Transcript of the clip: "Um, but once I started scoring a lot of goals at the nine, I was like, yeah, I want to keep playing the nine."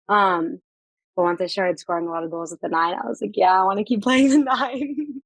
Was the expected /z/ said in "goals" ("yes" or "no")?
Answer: yes